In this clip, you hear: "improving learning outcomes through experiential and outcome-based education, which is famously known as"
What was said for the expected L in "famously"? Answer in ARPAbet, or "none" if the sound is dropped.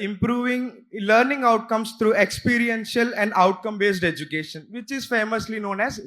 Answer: L